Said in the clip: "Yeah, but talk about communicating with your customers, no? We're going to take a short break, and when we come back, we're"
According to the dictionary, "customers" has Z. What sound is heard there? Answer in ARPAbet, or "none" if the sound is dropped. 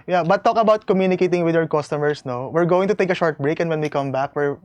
S